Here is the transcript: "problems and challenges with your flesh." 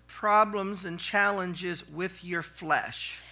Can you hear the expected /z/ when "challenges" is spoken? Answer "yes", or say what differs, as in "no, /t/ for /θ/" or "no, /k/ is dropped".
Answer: yes